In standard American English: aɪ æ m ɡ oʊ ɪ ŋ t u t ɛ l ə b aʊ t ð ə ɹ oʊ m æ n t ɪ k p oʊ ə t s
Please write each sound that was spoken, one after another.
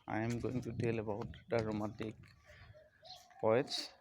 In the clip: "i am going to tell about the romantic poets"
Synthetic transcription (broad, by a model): aɪ m ɡ oʊ ɪ ŋ t u t ɛ l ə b aʊ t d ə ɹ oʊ m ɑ t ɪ k p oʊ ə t s